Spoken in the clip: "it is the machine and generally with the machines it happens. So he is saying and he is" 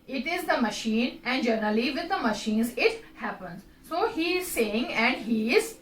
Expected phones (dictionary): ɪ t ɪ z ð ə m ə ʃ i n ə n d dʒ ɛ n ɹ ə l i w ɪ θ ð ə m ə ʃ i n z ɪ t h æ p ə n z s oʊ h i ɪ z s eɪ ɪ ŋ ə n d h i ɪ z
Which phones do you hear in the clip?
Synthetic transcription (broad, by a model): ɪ t ɪ z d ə m ə ʃ i n ə n d dʒ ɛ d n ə l i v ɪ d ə m ə ʃ i n z ɪ t h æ p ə n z s oʊ h i ɪ z s eɪ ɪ ŋ ə n d h i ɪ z